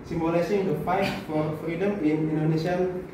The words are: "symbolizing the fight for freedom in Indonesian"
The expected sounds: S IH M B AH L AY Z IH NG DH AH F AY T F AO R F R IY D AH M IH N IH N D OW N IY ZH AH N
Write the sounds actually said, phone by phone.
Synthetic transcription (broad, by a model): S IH M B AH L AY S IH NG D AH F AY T F AO R F R IY D AH M IH N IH N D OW N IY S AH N